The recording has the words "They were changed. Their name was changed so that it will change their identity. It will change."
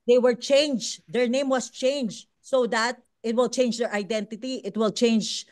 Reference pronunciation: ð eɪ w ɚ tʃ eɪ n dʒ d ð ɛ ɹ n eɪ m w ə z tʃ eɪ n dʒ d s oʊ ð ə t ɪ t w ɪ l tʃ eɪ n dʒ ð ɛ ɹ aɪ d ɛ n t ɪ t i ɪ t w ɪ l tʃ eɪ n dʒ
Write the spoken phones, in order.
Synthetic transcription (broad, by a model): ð eɪ w ɚ tʃ eɪ n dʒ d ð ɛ ɹ n eɪ m w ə s tʃ eɪ n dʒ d s oʊ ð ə t ɪ t w ɪ l tʃ eɪ n dʒ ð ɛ ɹ aɪ d ɛ n t ɪ t i ɪ t w ɪ l tʃ eɪ n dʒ